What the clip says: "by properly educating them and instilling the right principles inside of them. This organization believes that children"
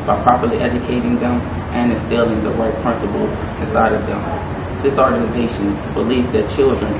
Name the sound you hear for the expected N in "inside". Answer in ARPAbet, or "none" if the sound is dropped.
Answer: none